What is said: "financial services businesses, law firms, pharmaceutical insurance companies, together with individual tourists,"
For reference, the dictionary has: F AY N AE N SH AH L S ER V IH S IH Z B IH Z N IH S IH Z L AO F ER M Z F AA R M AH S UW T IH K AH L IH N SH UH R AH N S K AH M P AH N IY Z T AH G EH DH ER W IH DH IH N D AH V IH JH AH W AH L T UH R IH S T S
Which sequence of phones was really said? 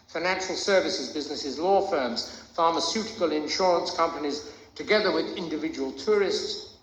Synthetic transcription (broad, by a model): F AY N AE N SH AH L S ER V IH S IH Z B IH Z N IH S IH Z L AO F ER M Z F AA R M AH S UW T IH K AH L IH N SH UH R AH N S K AH M P AH N IY Z T AH G EH DH ER W IH DH IH N D AH V IH JH AH W AH L T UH R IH S T S